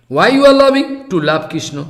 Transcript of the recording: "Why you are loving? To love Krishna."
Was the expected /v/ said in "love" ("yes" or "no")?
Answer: no